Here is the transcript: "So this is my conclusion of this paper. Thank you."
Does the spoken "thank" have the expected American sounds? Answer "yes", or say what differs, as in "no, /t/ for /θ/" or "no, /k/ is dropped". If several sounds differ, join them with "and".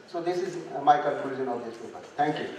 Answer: no, /t/ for /θ/